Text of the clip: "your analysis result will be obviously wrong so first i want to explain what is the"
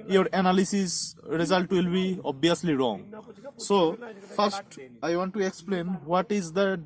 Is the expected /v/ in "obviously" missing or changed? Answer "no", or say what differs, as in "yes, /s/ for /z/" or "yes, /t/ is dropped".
yes, /v/ is dropped